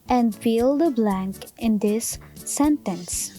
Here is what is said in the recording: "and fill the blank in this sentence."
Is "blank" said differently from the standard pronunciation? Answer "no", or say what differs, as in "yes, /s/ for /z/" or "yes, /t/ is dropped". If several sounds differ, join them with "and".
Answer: no